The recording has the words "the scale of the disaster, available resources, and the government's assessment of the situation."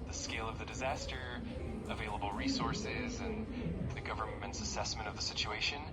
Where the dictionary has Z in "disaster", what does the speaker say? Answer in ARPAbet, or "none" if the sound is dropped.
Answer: Z